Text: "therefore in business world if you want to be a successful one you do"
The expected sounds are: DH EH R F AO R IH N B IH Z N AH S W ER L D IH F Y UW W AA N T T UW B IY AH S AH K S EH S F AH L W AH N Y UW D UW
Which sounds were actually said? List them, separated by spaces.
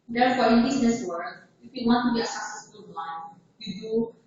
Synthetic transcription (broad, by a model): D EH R F AO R IH N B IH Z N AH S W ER D IH F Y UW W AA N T T UW B IY AH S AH S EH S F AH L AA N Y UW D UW